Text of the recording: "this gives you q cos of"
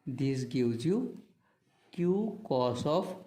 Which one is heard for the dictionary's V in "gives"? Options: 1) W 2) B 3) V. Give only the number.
1